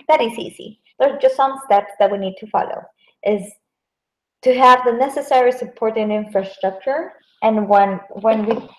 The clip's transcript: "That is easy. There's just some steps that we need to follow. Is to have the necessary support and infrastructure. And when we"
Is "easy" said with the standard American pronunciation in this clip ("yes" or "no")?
no